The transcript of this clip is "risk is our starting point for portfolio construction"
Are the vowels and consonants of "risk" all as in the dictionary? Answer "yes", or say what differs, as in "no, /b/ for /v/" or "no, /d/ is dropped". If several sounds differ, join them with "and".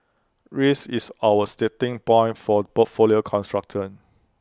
no, /k/ is dropped